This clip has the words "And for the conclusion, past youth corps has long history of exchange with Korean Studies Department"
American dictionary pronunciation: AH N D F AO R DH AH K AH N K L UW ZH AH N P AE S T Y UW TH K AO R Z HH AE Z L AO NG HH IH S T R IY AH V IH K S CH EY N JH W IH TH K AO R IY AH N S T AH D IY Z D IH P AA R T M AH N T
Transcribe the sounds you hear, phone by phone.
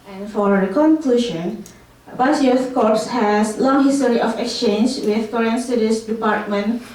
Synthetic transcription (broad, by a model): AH N F AO R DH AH K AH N K L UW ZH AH N B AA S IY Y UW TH K AO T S HH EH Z L AO NG HH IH S T R IY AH F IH K S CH EY N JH W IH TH K AO R IY AH N S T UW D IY S D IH P AA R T M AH N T